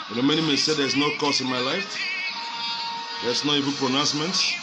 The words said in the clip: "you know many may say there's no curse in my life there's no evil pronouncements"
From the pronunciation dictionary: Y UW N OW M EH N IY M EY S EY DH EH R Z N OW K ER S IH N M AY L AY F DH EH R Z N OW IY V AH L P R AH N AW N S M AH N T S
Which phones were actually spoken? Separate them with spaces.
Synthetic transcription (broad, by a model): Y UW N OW M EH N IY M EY S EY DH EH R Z N OW K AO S IH N M AY L AY F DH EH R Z N OW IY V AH N P R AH N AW N S M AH N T S